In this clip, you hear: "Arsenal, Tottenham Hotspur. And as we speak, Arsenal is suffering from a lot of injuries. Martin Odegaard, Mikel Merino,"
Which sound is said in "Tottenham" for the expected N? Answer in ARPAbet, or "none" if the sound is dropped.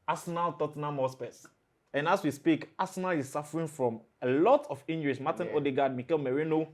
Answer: N